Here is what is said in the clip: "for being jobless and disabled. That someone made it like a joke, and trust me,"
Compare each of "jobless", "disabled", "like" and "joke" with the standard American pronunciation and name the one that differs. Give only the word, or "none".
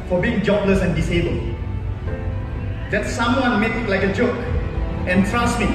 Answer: none